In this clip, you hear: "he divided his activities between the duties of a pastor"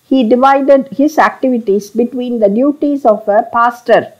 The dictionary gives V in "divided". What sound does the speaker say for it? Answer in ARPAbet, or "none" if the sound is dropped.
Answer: V